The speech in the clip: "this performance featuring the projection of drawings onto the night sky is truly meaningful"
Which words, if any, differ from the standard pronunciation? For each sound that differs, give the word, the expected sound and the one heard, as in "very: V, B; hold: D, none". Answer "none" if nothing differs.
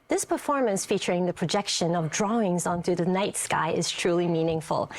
none